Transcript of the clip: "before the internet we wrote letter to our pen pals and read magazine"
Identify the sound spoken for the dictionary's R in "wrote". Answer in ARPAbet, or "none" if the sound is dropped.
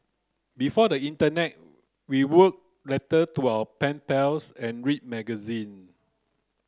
W